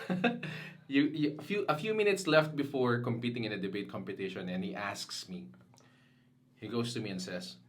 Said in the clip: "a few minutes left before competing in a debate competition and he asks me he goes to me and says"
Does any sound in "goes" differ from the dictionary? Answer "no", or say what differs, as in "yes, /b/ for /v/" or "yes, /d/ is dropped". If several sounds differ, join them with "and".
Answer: yes, /s/ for /z/